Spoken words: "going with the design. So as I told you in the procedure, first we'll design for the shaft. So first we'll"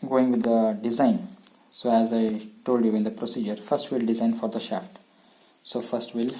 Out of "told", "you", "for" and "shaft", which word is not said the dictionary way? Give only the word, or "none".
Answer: none